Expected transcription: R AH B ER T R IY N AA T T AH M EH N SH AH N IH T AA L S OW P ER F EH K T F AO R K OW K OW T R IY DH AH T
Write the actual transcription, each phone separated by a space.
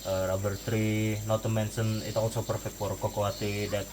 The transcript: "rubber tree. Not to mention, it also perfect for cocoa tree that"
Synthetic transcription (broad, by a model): R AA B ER T R IY N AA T T AH M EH N S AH N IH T AA L S OW P ER F EH K T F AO R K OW K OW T IY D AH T